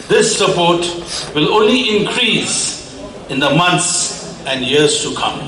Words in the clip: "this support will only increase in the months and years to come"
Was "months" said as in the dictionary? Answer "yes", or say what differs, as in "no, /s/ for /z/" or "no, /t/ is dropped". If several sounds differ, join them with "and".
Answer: no, /t/ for /θ/